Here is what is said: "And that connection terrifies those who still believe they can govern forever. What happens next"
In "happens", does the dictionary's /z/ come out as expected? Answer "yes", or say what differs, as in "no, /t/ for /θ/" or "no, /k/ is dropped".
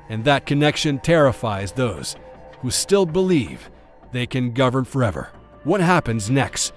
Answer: yes